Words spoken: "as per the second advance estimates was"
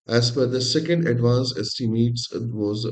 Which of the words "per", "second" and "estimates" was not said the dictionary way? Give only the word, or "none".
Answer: per